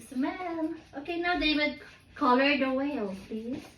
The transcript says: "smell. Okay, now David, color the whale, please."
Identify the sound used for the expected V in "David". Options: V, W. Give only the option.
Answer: W